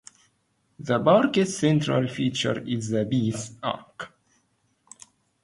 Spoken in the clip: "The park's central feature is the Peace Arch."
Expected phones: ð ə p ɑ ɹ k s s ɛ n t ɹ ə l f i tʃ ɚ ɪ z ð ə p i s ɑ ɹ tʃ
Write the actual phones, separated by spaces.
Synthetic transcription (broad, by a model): ð ə b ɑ ɹ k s s ɛ n t ɹ ə l f i tʃ ɚ ɪ z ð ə b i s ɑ ɹ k